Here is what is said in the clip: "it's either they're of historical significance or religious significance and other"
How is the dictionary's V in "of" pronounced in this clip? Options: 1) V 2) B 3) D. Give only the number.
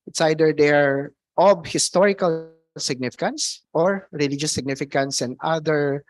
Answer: 2